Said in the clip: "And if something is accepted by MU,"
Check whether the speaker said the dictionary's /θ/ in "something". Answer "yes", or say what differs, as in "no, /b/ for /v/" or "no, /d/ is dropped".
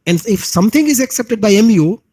no, /t/ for /θ/